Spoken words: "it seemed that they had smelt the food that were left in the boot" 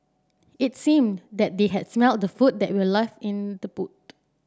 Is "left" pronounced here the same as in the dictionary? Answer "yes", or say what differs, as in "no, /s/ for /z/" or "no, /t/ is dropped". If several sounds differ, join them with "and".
no, /t/ is dropped